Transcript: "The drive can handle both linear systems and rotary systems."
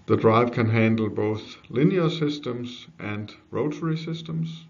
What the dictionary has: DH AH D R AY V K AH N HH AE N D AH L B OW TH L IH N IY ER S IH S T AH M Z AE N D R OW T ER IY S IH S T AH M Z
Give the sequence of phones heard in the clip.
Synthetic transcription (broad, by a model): DH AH D R AY V K AH N HH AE N D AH L B OW TH L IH N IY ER S IH S T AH M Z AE N D R OW T ER IY S IH S T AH M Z